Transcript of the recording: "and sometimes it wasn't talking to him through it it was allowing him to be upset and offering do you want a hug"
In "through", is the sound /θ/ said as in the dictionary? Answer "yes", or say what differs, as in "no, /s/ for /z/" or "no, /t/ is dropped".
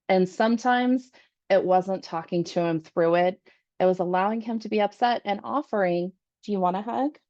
yes